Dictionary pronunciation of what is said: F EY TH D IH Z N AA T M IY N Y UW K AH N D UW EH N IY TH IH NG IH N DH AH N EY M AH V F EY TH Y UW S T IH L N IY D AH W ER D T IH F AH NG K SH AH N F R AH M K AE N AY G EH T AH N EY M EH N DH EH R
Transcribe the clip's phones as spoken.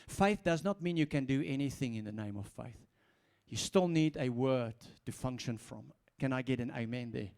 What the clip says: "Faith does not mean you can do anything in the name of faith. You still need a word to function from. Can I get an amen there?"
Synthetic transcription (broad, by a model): F EY TH D IH Z N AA T M IY N Y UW K AH N D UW EH N IY TH IH NG IH N DH AH N EY M AH V F EY TH Y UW S T IH L N IY D AH W ER D T IH F AH NG K SH AH N F R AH M K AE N AY G EH T AH N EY M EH N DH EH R